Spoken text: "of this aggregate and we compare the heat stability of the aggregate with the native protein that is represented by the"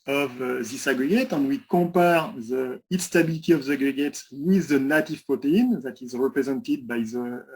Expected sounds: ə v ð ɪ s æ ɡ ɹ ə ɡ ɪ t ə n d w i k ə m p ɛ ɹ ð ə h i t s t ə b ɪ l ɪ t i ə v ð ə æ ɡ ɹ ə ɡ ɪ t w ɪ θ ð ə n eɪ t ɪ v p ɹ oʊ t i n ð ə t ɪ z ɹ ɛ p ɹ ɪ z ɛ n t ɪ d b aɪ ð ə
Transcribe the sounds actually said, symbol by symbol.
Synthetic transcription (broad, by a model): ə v ð ɪ s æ ɡ ɹ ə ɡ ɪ t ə n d w i k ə p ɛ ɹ ð ə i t s t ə b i l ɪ t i ə v ð ə ɡ ɹ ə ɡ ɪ t w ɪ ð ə n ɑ t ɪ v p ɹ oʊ t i n ð ə t ɪ z ɹ ɛ p ɹ ɪ z ɛ n t ɪ d b aɪ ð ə